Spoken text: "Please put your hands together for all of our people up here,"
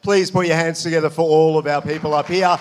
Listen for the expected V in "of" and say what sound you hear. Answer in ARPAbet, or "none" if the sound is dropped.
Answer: V